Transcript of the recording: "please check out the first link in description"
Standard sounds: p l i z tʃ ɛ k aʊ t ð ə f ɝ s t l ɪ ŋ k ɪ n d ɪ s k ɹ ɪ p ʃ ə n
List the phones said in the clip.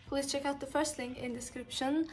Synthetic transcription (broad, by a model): p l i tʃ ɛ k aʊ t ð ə f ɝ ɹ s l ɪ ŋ ɪ n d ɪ s k ɹ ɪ p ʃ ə n